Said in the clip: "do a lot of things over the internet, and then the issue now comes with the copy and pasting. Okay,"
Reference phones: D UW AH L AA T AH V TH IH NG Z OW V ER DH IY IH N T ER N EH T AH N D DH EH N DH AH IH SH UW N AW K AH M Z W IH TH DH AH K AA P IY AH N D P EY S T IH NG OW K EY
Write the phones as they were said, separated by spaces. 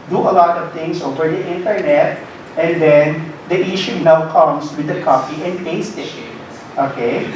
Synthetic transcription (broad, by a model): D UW AH L AA T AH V T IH NG S OW V ER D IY IH N T ER N EH T AH N D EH N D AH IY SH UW N AW K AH M S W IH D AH K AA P IY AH N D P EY S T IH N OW K EY